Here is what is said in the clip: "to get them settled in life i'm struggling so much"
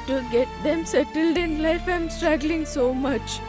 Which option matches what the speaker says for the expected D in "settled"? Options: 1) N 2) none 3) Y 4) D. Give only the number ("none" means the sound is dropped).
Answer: 4